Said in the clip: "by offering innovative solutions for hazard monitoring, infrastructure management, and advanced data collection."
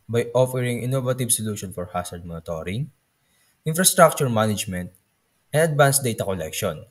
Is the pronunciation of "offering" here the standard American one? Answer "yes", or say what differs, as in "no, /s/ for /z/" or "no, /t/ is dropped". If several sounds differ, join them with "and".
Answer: yes